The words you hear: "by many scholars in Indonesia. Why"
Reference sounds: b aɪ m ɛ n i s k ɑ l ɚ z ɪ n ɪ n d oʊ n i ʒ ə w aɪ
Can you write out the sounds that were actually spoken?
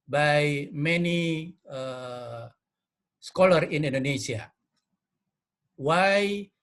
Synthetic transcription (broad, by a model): b aɪ m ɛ n i s k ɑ l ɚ ɪ n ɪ n d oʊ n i s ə w aɪ